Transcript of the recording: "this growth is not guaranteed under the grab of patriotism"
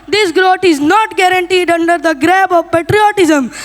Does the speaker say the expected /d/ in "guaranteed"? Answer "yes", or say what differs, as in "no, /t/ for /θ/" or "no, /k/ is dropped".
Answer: yes